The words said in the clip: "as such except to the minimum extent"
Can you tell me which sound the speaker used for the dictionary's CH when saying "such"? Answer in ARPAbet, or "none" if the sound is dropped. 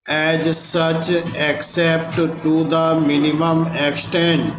CH